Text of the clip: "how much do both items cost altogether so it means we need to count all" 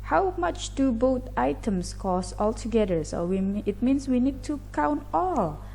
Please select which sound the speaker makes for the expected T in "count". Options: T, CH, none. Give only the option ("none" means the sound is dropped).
T